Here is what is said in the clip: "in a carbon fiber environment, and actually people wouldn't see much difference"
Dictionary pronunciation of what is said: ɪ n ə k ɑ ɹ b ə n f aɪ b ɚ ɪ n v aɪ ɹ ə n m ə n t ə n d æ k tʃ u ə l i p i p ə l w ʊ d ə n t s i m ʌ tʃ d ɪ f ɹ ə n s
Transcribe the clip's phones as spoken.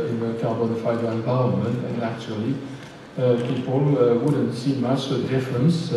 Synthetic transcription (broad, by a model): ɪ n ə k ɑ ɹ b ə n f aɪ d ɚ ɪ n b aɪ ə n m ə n ə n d æ k tʃ u ə l i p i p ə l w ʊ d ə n s i m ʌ s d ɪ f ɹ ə n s